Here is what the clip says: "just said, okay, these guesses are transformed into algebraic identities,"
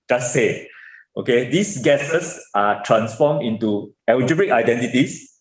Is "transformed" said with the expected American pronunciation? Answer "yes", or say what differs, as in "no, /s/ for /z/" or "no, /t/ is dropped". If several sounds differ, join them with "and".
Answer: no, /d/ is dropped